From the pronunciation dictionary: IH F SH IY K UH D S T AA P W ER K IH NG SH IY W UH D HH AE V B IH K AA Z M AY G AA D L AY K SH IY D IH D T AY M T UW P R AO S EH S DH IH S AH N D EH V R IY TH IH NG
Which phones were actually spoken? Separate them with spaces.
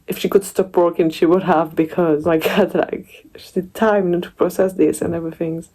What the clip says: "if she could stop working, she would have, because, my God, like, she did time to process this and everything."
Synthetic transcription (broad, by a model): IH F SH IY K UH D S T AA P W ER K IH NG SH IY W UH D HH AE V B IH K AA Z M AY G AA D L AY K SH IY D IH D T AY M T UW P R AO S EH S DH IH S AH N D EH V R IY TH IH NG